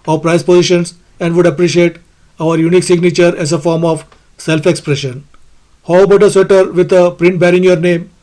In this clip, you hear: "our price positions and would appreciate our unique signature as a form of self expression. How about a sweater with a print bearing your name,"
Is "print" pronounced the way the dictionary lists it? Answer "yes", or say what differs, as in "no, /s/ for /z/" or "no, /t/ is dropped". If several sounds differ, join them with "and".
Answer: yes